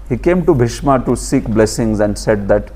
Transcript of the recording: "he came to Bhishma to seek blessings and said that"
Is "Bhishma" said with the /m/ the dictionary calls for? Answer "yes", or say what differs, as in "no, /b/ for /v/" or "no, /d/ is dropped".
yes